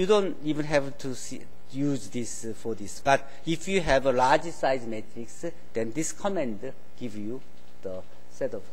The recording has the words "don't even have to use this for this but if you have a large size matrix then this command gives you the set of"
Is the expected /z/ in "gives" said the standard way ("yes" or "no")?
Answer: no